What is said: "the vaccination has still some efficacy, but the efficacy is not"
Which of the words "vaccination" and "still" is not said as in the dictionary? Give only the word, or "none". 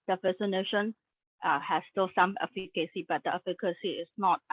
vaccination